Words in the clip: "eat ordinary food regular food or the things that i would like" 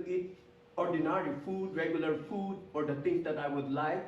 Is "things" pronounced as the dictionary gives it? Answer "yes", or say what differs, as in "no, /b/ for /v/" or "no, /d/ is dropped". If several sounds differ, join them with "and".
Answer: no, /t/ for /θ/